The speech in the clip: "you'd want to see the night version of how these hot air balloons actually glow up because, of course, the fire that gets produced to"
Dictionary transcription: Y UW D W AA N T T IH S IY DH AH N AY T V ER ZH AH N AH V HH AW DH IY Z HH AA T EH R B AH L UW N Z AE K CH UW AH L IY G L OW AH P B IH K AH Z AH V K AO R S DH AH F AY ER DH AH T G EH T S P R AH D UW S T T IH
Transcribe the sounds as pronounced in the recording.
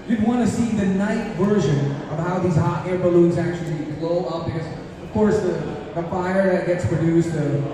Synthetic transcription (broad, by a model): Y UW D W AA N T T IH S IY DH AH N AY T V ER ZH AH N AH V HH AW DH IY Z HH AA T EH R B AH L UW N Z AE K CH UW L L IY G L OW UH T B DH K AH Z AH V K AO R S DH AH F AY ER DH AH T G EH T S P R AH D UW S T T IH